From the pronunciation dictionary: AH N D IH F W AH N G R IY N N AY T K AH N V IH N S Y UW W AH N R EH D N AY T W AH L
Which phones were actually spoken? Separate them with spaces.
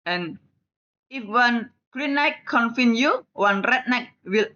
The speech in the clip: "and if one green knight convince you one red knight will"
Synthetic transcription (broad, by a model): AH N IH F W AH N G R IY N N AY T K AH N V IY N Y UW W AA N R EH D N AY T W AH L